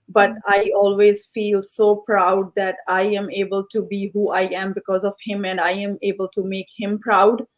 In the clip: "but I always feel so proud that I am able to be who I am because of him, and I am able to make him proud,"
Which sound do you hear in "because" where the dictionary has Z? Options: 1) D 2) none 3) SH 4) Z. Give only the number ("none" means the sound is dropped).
4